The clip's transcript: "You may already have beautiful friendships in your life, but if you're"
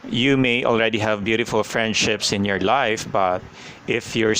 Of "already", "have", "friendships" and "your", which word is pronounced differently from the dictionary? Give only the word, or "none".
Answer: none